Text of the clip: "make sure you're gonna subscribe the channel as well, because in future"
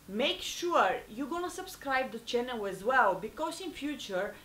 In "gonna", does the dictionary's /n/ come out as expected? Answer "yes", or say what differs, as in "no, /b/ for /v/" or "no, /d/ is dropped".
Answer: yes